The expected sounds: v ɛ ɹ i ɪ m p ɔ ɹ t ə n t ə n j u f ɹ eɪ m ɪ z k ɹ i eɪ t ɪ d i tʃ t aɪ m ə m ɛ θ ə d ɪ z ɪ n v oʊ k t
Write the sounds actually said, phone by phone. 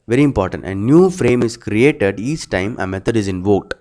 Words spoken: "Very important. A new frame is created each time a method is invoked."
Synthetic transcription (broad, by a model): v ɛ ɹ i ɪ m p ɔ ɹ t ə n t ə n j u f ɹ eɪ m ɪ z k ɹ i eɪ t ɪ d i tʃ t aɪ m ə m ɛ t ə d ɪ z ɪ n v oʊ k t